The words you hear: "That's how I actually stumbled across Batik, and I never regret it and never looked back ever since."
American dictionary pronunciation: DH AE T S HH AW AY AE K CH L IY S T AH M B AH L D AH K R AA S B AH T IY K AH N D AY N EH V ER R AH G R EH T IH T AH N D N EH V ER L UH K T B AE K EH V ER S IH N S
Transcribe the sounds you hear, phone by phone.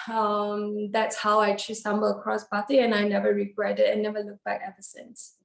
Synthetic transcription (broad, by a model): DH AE T S HH AW AY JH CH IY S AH M B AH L AH K R AA S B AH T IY AH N AY N EH V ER R AH G R EH T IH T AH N N EH V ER L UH K B AE K EH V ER S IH N S